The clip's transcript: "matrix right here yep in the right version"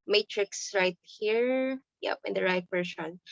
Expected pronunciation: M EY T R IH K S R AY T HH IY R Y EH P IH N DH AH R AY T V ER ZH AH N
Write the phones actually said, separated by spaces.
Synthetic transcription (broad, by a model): M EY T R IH K S R AY T HH IY R Y EH P IH N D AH R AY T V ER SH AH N